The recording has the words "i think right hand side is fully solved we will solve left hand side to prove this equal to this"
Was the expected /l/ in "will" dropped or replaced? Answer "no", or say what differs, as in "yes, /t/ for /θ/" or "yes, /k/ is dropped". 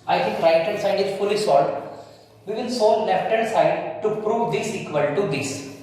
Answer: yes, /n/ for /l/